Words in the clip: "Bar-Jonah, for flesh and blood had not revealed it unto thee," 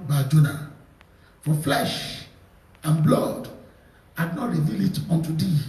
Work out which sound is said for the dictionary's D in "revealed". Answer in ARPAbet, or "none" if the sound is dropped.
none